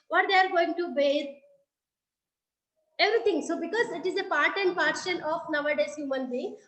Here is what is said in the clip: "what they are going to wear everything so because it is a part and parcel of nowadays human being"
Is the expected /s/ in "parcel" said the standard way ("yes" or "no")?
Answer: no